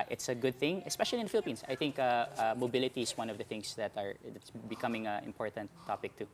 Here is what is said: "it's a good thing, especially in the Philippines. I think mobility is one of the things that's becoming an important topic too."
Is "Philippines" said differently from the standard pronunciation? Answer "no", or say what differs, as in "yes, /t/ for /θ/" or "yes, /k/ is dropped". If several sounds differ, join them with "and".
yes, /s/ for /z/